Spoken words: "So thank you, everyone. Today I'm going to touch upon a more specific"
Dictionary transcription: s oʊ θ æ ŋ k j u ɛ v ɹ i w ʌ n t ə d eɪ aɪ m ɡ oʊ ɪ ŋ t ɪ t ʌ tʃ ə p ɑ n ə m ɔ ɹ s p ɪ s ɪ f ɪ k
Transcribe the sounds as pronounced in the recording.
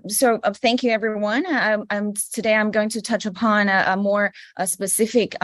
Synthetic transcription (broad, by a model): s oʊ θ æ ŋ k j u ɛ v ɹ i w ʌ n t ə d eɪ aɪ m ɡ oʊ ɪ ŋ t ɪ t ʌ tʃ ə p ɑ n ə m ɔ ɹ s p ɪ s ɪ f ɪ k